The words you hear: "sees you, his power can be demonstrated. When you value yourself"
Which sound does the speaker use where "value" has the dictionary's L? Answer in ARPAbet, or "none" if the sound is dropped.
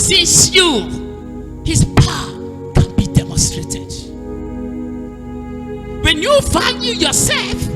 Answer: N